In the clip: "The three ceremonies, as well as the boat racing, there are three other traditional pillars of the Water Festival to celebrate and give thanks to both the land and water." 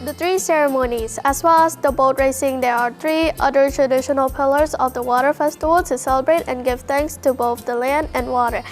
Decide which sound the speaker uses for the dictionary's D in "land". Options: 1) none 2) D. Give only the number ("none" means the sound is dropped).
2